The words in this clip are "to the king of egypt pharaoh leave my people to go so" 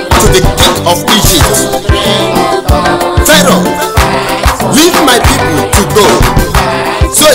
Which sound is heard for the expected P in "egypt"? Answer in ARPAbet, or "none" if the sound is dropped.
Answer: none